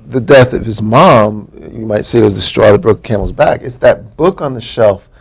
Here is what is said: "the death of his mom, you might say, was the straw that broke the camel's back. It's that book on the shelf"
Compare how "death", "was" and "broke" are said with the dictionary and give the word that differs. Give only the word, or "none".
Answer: none